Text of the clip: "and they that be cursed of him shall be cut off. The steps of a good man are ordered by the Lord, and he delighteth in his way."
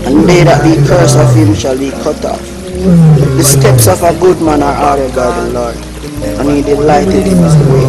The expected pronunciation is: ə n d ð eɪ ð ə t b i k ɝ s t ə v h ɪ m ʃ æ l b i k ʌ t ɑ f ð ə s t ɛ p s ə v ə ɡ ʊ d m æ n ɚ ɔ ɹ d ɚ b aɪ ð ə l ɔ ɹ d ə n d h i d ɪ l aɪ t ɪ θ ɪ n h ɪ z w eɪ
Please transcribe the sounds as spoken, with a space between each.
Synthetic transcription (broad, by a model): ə n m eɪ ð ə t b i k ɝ s ə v h ɪ m ʃ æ l b i k ʌ t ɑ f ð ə s t ɛ p s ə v ə ɡ ʊ d m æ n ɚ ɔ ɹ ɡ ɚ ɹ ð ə l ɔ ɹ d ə n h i d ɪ l aɪ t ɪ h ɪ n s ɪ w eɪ